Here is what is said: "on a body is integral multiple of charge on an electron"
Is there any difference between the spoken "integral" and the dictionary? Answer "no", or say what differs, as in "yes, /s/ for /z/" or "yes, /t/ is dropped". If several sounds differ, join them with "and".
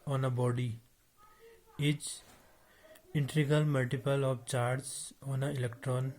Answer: yes, /ɹ/ is dropped